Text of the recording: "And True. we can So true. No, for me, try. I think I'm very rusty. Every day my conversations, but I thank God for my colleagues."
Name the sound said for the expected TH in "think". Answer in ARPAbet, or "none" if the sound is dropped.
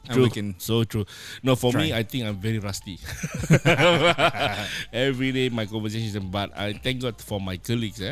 T